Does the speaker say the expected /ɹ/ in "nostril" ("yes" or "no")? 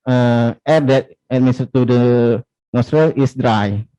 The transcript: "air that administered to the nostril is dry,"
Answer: yes